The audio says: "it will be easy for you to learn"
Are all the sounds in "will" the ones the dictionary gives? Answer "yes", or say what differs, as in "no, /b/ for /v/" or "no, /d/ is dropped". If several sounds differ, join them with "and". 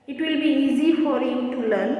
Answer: yes